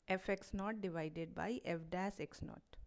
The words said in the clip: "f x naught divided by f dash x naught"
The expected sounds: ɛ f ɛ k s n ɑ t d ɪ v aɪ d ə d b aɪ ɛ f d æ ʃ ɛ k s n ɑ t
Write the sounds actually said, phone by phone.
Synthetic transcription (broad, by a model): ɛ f ɛ k s n ɑ t d ɪ v aɪ d ə d b aɪ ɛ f d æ s ɛ k s n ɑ t